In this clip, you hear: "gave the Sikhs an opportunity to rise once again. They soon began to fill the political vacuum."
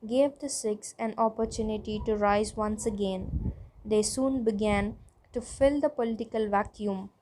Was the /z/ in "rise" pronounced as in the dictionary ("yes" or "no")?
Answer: yes